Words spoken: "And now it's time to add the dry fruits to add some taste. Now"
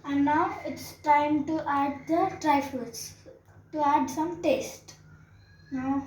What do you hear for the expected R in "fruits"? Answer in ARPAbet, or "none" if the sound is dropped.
none